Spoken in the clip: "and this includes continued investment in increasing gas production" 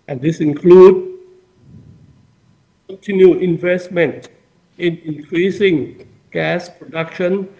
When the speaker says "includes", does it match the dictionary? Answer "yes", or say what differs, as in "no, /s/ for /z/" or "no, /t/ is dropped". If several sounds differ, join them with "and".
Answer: no, /z/ is dropped